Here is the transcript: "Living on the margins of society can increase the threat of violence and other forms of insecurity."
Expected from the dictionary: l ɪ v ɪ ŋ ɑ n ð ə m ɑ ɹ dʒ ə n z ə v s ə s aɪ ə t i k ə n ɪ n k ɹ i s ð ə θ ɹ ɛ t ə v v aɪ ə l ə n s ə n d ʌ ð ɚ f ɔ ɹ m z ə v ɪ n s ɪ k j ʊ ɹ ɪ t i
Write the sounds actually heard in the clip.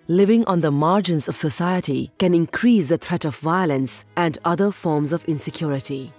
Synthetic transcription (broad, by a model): l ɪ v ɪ ŋ ɑ n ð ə m ɑ ɹ dʒ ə n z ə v s ə s aɪ ə t i k ə n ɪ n k ɹ i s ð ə t ɹ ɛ t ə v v aɪ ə l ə n s ə n d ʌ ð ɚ f ɔ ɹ m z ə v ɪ n s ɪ k j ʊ ɹ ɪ t i